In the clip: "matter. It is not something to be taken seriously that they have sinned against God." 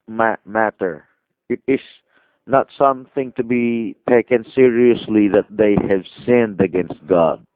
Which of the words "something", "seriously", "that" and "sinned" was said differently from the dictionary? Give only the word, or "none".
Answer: none